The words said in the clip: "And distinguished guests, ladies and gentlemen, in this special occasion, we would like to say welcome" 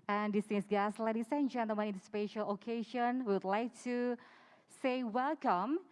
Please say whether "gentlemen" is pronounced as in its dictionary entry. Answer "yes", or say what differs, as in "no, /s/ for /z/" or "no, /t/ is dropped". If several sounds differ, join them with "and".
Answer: no, /l/ is dropped